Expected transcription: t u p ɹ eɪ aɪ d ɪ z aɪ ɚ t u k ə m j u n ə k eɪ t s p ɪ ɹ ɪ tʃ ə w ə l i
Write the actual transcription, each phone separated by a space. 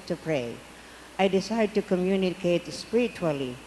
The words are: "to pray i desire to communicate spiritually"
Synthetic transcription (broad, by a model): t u p ɹ eɪ aɪ d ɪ s aɪ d t u k ə m j u n ə k eɪ t s p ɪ ɹ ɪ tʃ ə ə l i